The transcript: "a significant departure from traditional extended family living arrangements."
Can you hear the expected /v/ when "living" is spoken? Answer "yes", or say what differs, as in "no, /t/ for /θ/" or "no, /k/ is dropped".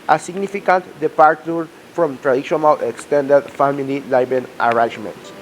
no, /b/ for /v/